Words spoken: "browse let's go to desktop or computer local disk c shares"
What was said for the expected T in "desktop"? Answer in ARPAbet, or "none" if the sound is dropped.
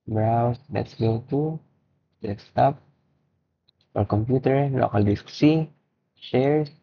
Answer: S